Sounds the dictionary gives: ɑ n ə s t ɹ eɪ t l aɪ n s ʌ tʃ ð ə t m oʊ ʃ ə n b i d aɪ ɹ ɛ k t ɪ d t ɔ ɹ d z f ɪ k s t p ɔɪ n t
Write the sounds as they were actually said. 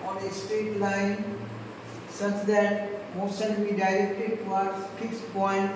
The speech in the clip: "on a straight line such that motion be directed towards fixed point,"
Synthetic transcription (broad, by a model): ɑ n ə s t eɪ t l aɪ n s ʌ tʃ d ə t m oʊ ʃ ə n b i d aɪ ɹ ɛ k t ɪ d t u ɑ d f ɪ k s p ɔɪ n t